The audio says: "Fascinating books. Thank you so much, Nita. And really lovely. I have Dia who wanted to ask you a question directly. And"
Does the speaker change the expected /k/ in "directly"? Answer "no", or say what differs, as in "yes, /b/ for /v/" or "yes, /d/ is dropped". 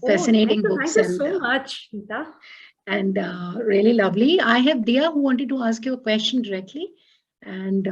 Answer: no